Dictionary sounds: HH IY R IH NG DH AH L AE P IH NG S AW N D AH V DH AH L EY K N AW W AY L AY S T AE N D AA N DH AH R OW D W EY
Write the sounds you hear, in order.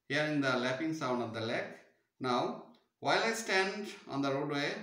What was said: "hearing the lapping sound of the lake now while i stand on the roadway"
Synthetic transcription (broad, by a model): HH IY R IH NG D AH L AE P IH NG S AW N D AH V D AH L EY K N AW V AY L AY S T AE N D AA N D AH R OW D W EY